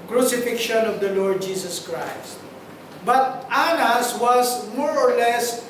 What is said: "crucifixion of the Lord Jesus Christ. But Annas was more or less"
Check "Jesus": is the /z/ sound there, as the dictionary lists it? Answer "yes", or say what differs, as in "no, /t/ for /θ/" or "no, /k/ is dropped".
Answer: no, /s/ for /z/